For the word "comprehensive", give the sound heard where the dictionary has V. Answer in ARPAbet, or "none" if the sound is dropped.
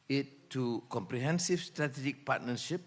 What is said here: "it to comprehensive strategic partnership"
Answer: F